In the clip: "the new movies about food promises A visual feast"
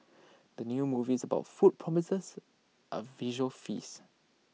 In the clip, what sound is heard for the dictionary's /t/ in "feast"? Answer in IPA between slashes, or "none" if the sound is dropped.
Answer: none